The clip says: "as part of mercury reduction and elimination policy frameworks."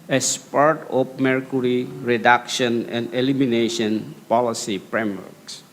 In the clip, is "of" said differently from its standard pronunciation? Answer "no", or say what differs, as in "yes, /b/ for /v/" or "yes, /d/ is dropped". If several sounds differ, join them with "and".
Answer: yes, /p/ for /v/